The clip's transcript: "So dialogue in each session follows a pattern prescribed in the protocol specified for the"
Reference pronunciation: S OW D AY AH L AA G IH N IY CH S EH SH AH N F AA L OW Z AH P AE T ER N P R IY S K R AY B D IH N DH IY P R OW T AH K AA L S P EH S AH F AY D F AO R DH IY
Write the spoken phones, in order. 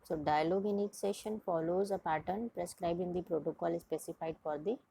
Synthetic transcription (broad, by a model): S OW D AY AH L AA G IH N IY CH S EH SH AH N F AA L OW Z AH P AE T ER N P R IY S K R AY B IH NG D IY P R OW T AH K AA L S P EH S AH F AY D F AO R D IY